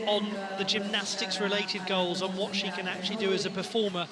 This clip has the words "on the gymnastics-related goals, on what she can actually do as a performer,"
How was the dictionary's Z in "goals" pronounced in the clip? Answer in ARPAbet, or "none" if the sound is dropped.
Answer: Z